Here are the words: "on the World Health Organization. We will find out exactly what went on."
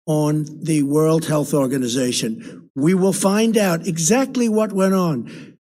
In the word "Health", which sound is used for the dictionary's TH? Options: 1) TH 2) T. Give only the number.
1